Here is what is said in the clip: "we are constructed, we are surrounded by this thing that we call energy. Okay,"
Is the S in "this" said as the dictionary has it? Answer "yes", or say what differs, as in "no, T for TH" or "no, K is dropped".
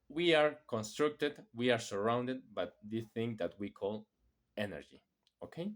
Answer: no, S is dropped